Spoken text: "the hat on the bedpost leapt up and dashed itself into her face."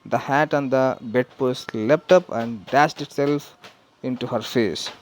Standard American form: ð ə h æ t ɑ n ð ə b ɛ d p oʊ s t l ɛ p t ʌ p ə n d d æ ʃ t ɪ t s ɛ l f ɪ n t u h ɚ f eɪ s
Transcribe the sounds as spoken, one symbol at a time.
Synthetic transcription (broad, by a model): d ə h æ t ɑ n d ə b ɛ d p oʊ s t l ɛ p t ʌ p ə n d d æ ʃ t ɪ t s ɛ l f ɪ n t u h ɚ f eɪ s